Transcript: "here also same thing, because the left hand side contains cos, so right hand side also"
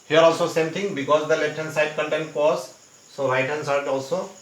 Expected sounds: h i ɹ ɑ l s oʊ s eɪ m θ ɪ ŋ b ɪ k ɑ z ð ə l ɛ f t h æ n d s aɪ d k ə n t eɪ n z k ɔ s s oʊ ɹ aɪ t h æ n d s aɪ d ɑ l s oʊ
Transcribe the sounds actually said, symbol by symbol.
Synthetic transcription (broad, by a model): h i ɹ ɑ l s oʊ s eɪ m t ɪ ŋ b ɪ k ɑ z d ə l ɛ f t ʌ n s aɪ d k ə n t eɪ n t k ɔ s s oʊ ɹ aɪ t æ n s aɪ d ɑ l s oʊ